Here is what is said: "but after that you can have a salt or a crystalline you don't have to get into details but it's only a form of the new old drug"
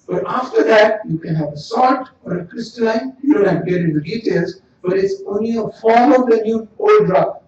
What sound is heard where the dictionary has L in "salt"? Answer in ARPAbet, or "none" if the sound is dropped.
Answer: none